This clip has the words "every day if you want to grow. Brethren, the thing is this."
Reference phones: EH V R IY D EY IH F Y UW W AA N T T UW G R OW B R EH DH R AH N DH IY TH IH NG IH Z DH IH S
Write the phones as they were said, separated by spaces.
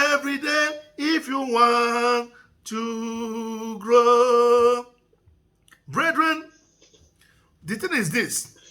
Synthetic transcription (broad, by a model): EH V R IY D EY IH F Y UW W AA N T T UW G R OW B R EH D R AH N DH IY T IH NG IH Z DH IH S